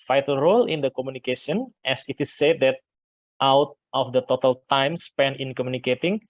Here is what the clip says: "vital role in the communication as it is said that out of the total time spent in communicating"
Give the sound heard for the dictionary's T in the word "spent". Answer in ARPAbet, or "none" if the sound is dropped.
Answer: none